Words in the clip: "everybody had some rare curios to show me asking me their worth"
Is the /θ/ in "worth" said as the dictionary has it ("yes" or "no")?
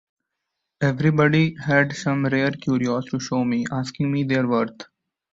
no